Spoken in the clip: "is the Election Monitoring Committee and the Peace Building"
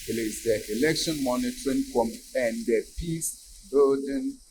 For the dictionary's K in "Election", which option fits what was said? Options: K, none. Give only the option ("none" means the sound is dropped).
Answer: K